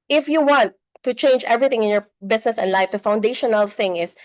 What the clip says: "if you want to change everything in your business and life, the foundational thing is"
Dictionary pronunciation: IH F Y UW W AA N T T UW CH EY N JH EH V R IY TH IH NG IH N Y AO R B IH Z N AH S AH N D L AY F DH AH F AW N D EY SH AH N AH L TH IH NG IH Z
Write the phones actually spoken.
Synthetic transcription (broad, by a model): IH F Y UW W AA N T T UW CH EY N JH EH V R IY TH IH NG IH N Y AO R B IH S N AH S AH N D L AY F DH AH F AW N D EY SH AH N AH L TH IH NG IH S